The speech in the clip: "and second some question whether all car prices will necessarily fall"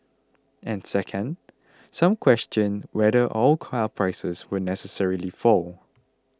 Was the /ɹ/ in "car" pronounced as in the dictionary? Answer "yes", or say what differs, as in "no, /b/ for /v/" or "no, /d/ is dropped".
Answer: no, /l/ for /ɹ/